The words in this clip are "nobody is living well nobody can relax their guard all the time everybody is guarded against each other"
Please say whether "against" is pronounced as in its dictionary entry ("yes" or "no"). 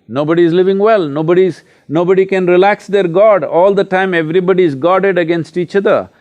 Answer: yes